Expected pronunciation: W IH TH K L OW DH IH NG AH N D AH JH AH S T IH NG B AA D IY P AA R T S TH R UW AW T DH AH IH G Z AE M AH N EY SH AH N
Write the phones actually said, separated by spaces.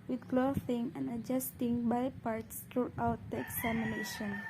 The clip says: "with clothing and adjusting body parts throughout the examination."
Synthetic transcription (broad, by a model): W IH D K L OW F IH NG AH N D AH JH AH S T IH NG B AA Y P AA R T S T R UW AW T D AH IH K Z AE M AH N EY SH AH N